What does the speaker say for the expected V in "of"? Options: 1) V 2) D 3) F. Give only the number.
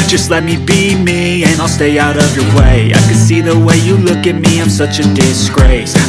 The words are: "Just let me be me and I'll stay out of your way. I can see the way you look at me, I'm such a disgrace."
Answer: 1